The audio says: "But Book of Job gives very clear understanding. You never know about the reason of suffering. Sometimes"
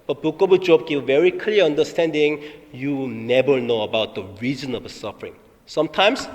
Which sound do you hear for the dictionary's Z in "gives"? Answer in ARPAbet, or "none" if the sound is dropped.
none